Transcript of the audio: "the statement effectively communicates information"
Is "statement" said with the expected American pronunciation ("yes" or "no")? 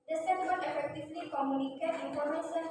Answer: no